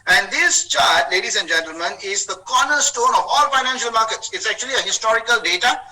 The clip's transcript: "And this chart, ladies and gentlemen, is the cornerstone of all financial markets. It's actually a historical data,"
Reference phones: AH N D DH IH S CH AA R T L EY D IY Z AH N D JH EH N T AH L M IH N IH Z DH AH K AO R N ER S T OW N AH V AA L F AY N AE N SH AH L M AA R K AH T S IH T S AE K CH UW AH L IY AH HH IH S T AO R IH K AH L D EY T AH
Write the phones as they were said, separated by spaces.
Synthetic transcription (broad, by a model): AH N D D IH S CH AA R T L EY D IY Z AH N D JH EH N T AH L M IH N IH Z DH AH K AO N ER S T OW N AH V AA L F AY N AE N SH AH L M AA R K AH T S IH T S AE K CH UW AH L IY AH HH IH S T AO R IH K AH L D EY T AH